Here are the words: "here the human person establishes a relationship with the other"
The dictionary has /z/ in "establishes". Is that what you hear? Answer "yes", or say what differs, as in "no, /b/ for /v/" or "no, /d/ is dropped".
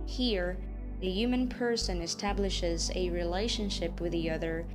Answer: yes